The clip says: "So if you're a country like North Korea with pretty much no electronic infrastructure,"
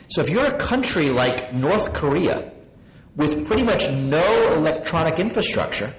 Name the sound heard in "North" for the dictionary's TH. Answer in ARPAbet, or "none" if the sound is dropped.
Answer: TH